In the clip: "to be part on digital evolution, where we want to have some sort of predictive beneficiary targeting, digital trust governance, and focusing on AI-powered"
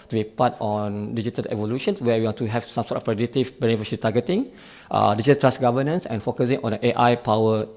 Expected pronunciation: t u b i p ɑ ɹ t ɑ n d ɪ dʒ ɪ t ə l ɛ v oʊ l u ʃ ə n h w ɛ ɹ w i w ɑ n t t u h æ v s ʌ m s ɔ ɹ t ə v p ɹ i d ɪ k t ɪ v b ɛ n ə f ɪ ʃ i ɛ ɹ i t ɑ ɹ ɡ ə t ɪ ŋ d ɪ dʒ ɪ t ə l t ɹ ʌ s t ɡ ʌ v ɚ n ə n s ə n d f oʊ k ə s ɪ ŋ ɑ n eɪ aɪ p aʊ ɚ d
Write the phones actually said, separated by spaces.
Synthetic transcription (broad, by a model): t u b i p ɑ t ɑ n d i dʒ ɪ t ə l ɛ v oʊ l u ʃ ə n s w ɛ w i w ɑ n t t u h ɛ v s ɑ m s ɔ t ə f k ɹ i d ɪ t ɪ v b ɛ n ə f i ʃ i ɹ i t ɑ ɡ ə t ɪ ŋ d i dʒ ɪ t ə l t ɹ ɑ s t ɡ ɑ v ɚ n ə n s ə n f oʊ k ə s ɪ ŋ ɑ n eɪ aɪ p aʊ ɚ